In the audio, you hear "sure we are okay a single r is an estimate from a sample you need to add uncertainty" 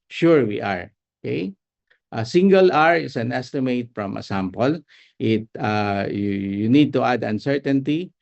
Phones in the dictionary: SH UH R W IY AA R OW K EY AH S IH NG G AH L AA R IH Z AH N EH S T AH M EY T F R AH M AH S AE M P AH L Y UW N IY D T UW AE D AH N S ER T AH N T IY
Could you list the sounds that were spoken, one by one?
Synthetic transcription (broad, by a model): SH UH R W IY AA R OW K EY AH S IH NG G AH L AA R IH S AH N EH S T AH M EY T F R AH M AH S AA M P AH L Y UW N IY D T UW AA D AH N S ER T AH N T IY